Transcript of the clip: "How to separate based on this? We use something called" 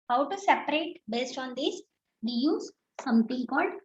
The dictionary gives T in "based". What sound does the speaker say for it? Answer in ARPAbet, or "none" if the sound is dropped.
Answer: T